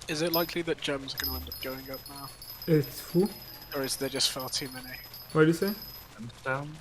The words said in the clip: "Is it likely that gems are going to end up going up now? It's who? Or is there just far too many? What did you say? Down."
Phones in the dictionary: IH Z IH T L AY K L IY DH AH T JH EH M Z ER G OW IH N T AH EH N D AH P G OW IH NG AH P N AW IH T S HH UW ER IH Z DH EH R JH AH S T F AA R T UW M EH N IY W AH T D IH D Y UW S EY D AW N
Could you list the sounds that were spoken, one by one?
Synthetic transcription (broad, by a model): IH Z IH T L AY K L IY DH AH T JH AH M Z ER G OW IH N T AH EH N D AH P G OW IH NG AH P N AW IH T S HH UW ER IH Z DH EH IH JH AH S T F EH L T UW M EH N IY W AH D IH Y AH S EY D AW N